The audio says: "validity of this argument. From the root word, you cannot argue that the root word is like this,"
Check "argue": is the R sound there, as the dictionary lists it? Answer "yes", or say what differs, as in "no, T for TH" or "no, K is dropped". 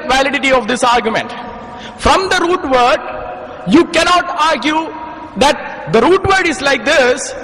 yes